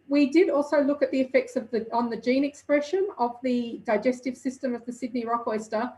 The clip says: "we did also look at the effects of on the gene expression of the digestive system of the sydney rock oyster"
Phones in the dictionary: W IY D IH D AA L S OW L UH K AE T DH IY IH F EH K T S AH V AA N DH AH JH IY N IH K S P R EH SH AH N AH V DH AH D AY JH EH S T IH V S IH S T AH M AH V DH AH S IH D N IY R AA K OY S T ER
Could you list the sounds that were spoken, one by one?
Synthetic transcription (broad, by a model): W IY D IH D AA L S OW L UH K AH T DH IY IH F EH K T S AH V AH N DH AH JH IY N IH K S P R EH SH AH N AH V DH AH D AY JH EH S T IH V S IH S T AH M AH V DH AH S IH D N IY R AA K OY S T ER